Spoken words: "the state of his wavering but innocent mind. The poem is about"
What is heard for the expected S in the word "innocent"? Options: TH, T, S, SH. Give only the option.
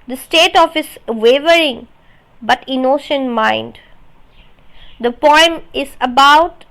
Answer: SH